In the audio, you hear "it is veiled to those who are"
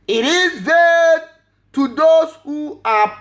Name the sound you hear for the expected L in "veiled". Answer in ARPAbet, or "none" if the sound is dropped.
none